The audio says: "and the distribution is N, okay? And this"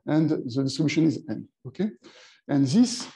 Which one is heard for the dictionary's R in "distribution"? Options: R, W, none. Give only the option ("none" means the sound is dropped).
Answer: none